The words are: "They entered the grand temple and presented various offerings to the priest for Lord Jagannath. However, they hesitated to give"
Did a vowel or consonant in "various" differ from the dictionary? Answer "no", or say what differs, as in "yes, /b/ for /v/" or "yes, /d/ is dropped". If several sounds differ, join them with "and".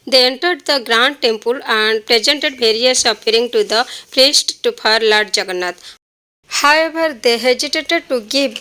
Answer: yes, /b/ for /v/